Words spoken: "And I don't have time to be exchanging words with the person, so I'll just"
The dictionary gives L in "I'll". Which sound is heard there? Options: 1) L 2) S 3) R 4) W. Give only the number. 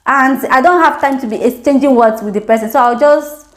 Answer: 4